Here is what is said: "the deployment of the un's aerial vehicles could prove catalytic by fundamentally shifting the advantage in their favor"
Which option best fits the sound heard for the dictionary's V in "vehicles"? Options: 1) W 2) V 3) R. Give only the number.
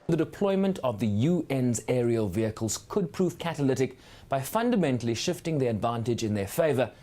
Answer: 2